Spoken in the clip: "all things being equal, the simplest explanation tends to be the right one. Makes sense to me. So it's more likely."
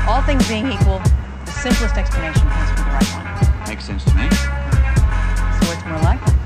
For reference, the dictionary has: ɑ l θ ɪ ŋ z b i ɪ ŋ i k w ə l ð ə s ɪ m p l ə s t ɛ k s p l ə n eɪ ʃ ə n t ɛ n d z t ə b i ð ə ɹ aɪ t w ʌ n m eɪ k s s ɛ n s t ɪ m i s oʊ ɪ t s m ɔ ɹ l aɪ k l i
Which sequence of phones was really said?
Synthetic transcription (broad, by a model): ɑ l θ ɪ ŋ z b i ɪ ŋ i k w ə l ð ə s ɪ m p l ə s t ɛ k s p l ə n eɪ ʃ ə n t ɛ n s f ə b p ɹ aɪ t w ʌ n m eɪ k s s ɛ n s t ɪ m i s oʊ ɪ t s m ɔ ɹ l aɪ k